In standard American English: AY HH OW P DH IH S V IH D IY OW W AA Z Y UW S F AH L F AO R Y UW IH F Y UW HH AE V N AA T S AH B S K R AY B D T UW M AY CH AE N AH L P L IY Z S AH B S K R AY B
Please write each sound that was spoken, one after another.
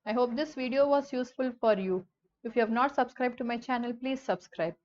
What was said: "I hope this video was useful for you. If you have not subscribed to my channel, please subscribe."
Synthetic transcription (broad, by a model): AY HH OW P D IH S V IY D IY OW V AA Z Y UW S F AH L F AO R Y UW IH F Y UW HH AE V N AA T S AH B S K R AY B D T UW M AY CH AE N AH L P L IY Z S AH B S K R AY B